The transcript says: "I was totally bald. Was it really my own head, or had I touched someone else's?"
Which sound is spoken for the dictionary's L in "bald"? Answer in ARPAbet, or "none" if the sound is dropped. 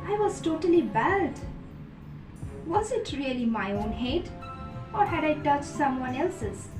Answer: none